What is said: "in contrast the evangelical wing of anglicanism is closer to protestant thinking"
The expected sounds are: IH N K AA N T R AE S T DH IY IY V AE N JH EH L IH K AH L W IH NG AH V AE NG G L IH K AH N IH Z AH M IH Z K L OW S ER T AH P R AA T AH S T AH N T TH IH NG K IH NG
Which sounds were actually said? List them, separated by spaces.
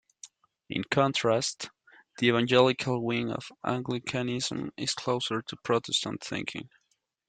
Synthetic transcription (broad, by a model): IH N K AA N T R AE S T DH IY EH V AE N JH EH L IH K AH L W IH NG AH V AE NG G L IH K AH N IH Z AH M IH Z K L OW S ER T AH P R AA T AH S T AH N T TH IH NG K IH NG